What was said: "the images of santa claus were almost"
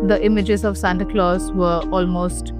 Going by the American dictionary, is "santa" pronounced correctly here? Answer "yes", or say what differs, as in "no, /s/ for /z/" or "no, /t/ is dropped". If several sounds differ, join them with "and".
yes